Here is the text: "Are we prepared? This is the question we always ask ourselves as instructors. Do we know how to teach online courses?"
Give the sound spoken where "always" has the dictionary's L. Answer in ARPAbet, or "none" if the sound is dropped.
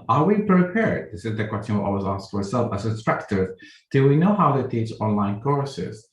none